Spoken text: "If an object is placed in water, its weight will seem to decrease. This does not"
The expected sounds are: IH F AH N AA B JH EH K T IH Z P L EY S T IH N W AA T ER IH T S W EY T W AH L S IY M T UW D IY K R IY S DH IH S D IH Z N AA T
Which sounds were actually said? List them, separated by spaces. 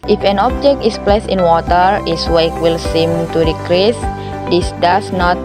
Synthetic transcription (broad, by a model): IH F AH N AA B JH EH K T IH S P L EY S T IH N W AA T ER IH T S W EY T W AH L S IY M T UW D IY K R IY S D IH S D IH S N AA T